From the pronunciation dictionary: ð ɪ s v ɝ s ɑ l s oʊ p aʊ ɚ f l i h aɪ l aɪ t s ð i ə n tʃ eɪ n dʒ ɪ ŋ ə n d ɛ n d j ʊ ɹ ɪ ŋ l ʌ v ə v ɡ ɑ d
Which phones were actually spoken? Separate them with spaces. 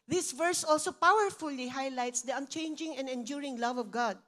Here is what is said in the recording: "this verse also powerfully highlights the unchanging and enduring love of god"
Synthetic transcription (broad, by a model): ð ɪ s v ɝ s ɑ l s oʊ p aʊ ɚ f l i h aɪ l aɪ t s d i ə n tʃ eɪ n dʒ ɪ ŋ ə n d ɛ n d j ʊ ɹ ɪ ŋ l ʌ v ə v ɡ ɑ d